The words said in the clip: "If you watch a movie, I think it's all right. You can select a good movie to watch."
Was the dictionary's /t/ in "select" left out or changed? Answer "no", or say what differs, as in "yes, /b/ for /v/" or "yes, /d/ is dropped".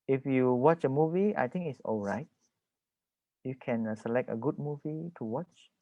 no